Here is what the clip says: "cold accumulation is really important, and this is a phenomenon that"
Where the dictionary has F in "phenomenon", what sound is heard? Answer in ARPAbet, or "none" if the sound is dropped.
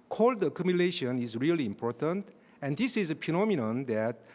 P